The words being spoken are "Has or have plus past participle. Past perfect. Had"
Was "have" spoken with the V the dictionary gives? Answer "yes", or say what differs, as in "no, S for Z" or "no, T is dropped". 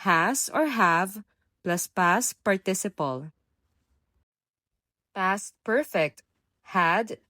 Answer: yes